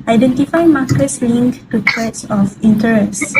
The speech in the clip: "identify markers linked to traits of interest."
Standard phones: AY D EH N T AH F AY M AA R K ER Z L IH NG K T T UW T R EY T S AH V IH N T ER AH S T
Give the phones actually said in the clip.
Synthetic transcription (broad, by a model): AY D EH N T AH F AY M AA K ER S L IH NG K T T UW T EY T S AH F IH N T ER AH S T